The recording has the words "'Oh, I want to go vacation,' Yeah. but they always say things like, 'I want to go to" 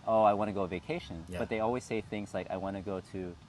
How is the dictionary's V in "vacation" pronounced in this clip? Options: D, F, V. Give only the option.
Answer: V